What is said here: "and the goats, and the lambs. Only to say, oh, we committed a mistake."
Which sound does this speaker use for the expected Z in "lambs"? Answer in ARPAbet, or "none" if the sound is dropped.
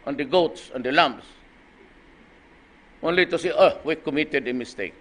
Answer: S